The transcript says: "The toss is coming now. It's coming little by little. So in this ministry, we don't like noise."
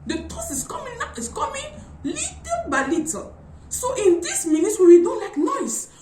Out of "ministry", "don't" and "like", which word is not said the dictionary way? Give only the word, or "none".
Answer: ministry